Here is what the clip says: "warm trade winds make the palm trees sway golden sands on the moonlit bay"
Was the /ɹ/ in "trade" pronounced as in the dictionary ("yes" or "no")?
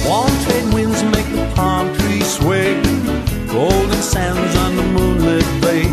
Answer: no